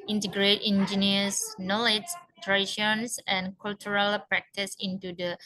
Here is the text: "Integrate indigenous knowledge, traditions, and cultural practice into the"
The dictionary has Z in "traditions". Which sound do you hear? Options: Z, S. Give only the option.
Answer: S